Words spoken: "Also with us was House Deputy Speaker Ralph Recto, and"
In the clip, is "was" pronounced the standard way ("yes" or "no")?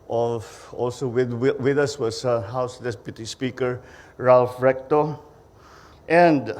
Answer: no